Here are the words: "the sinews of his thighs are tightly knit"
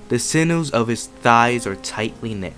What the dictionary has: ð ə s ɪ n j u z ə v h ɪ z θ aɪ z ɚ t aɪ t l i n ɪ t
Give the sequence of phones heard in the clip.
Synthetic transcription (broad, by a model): ð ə s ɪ n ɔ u z ə v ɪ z θ aɪ z ɚ t aɪ t l i n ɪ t